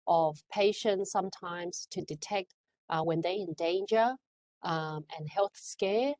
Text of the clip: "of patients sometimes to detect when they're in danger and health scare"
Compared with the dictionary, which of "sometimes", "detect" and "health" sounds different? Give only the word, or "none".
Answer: none